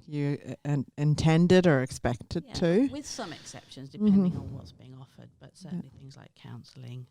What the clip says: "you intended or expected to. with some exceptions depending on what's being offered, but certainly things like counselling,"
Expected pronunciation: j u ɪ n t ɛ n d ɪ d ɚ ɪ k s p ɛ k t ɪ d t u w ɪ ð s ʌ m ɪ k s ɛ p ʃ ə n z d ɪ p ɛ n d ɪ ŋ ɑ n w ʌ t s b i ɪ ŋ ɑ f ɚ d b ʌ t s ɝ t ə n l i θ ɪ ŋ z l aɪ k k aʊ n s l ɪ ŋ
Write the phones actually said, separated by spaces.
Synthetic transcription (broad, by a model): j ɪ ɪ n t ɛ n d ɪ d ɚ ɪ k s p ɛ k t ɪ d t u w ɪ ð s ʌ m ɪ k s ɛ p ʃ ə n z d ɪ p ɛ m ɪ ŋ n w ʌ t s b i ɪ ŋ ɑ f ɚ d b ʌ t s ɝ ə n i θ ɪ ŋ z l aɪ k k aʊ n s l ɪ ŋ